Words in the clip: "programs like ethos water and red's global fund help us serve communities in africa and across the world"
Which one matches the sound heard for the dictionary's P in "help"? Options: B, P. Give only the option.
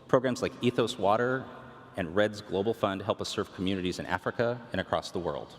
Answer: P